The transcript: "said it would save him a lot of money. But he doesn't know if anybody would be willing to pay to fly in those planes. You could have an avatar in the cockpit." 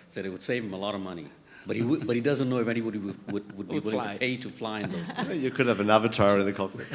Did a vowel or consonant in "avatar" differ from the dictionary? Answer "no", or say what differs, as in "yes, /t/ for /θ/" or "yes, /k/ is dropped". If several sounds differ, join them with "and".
no